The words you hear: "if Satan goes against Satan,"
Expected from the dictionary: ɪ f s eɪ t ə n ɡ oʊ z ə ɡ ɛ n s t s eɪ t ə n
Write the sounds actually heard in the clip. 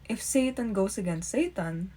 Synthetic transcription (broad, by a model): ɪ f s eɪ t ə n ɡ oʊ s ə ɡ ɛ n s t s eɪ t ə n